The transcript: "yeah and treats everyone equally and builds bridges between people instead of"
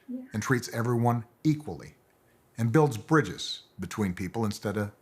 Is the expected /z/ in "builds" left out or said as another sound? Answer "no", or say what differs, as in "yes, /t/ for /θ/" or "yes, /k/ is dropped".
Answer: no